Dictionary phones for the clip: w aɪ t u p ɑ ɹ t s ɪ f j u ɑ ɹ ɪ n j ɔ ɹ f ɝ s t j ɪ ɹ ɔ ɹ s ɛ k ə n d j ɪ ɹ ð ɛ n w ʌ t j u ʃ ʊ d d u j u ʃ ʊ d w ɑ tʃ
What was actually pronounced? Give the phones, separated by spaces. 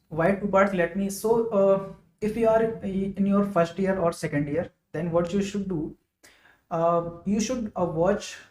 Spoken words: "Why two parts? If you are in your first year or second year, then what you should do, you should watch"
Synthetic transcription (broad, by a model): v aɪ t u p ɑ l t s ɪ f j u ɑ ɹ ɪ n j ɔ ɹ f ɝ s t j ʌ ɹ ɔ ɹ s ɛ k ə n d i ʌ ɹ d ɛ n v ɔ t j u ʃ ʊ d d u j u ʃ ʊ d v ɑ tʃ